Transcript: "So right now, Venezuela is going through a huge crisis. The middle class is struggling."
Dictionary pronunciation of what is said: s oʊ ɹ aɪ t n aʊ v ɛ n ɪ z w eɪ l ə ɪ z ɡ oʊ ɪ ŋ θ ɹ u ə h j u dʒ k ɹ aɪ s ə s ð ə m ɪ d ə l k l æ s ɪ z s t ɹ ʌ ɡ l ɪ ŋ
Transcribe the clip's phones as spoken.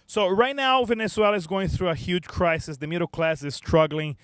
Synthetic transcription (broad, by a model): s oʊ ɹ aɪ t n aʊ v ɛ n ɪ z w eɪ l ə ɪ z ɡ oʊ ɪ ŋ θ ɹ u ə h j u dʒ k ɹ aɪ s ə s ð ə m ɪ d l k l æ s ɪ z s t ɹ ʌ ɡ l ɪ ŋ